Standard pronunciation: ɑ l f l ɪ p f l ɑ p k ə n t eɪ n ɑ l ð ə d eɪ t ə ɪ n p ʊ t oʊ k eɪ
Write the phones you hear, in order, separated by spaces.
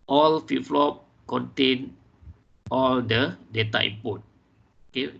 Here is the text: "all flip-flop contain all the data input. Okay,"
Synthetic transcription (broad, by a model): ɑ l f i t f l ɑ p k ə n t eɪ n ɑ l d ə d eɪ t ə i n p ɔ t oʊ k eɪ